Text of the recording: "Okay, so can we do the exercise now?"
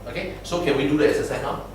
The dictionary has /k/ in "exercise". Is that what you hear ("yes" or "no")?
no